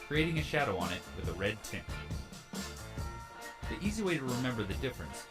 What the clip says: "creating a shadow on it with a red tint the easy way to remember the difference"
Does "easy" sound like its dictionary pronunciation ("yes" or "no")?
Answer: yes